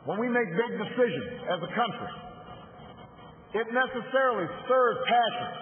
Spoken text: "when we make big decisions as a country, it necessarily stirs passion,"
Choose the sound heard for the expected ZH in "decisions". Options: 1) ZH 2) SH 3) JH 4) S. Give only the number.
1